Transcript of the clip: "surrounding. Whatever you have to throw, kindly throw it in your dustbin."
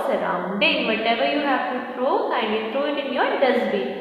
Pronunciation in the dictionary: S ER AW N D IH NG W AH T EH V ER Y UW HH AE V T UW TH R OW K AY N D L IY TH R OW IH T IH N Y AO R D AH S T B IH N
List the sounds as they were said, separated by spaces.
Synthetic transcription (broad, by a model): S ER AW N D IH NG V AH T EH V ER Y UW HH AE V T UW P R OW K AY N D IY T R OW IH T IH N Y AO R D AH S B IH